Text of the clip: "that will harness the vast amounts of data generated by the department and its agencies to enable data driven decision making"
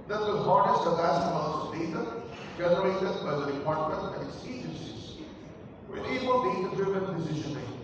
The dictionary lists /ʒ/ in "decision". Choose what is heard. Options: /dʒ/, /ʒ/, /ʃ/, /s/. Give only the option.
/ʃ/